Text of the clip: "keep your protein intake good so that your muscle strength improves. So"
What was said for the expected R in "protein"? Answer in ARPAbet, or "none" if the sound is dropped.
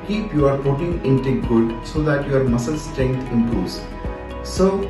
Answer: none